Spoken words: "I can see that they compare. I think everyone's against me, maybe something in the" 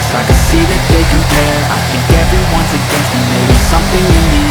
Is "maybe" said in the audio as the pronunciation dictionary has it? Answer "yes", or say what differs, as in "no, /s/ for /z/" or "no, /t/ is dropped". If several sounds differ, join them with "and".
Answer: no, /b/ is dropped